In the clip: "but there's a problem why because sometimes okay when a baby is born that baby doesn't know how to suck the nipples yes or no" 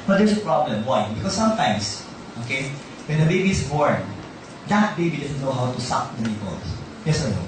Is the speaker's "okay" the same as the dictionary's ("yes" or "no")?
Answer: yes